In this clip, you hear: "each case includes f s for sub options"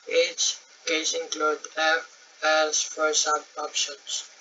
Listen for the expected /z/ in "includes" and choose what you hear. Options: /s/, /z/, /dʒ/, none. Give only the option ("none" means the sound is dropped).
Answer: none